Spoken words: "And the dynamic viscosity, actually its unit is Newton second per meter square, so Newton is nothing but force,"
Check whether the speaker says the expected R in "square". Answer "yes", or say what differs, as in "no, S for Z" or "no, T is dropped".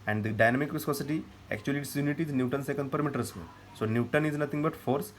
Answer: no, L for R